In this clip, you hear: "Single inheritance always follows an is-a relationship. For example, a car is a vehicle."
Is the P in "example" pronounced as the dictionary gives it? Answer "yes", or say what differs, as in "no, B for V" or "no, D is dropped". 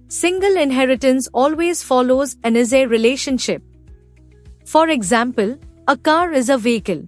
yes